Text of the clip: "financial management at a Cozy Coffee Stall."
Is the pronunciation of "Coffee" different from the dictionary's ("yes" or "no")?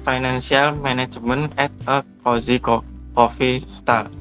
no